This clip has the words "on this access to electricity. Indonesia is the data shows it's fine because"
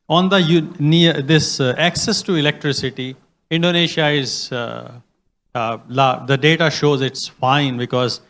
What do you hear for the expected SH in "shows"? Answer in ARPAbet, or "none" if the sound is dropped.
SH